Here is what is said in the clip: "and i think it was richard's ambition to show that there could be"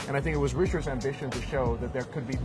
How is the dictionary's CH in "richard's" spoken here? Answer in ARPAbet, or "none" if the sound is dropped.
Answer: CH